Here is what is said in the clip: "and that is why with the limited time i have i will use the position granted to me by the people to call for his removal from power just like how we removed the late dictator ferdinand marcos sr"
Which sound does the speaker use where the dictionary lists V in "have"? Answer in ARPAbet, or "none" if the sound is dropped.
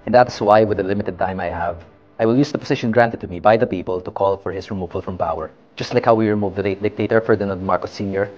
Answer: V